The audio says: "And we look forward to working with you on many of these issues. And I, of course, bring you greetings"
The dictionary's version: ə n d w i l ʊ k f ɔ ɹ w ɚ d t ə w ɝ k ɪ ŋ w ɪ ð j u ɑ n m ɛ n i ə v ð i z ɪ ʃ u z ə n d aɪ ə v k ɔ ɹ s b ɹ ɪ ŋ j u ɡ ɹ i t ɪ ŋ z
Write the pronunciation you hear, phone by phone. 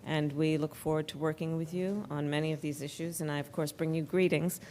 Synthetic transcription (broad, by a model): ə n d w i l ʊ k f ɔ ɹ w ɚ d t ə w ɝ k ɪ ŋ w ɪ ð j u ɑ n m ɛ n i ə v ð i z ɪ ʃ u z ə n aɪ ə v k ɔ ɹ s b ɹ ɪ ŋ j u ɡ ɹ i t ɪ ŋ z